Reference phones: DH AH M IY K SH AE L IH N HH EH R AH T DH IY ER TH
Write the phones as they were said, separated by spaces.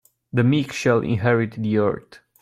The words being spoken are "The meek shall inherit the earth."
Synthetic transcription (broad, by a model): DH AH M IY K SH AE L IH N HH EH R AH T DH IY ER T